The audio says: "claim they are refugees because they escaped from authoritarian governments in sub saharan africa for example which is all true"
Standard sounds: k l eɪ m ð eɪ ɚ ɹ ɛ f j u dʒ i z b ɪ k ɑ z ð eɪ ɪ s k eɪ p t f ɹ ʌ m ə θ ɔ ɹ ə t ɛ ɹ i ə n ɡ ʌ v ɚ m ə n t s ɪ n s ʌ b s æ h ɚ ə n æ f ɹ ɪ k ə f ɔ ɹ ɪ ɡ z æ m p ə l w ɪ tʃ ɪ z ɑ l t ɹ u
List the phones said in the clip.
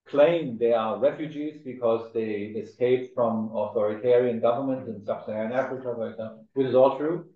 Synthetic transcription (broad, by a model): k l eɪ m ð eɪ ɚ ɹ ɛ f j u dʒ i z b ɪ k ɑ z ð eɪ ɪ s k eɪ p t f ɹ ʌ m ə θ ɔ ɹ ə t ɛ ɹ i ə n ɡ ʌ v ɚ m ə n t ɪ n s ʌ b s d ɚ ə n æ f ɹ ɪ k ə f ɔ ɹ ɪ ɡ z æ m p l w ɪ tʃ ɪ z ɑ l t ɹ u